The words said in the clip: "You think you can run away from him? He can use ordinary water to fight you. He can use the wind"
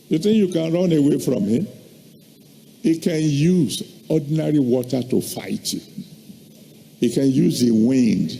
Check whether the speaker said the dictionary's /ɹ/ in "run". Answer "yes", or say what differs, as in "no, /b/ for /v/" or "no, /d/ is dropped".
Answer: yes